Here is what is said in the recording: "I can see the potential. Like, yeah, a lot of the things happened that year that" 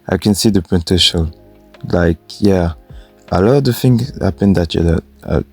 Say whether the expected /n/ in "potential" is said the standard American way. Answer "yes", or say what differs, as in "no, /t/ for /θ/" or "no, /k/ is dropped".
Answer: no, /n/ is dropped